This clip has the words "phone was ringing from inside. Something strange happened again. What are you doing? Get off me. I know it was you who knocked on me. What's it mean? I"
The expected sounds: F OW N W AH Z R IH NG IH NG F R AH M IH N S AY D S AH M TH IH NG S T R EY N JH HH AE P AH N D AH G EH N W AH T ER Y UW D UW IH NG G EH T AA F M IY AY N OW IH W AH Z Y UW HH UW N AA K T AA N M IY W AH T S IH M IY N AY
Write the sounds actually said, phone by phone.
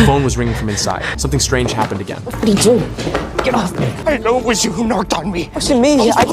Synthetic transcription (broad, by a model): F OW N W AH Z R IH NG IH NG F R AH M IH N S AY D S AH M TH IH NG S T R EY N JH HH AE P AH N D AH G EH N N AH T ER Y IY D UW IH G EH T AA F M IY AY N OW IH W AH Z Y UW HH UW N AA K T N M IY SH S IH M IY AY